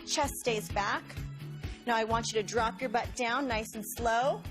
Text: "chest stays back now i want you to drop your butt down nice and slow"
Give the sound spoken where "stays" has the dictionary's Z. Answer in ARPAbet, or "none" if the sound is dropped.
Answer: Z